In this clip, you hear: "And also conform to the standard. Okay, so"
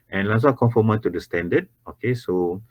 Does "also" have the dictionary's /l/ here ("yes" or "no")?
no